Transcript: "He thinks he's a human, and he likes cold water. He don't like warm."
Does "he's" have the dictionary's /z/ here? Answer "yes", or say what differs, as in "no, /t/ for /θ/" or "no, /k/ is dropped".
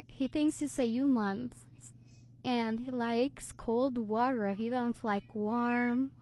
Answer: no, /s/ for /z/